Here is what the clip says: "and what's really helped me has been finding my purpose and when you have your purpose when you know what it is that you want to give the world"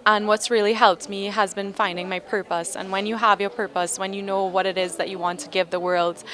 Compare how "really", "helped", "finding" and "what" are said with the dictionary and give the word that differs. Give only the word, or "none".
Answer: none